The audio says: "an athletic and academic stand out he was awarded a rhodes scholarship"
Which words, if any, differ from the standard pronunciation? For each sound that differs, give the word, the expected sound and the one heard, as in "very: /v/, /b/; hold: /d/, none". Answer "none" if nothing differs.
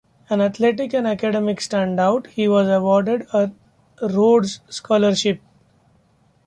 athletic: /θ/, /t/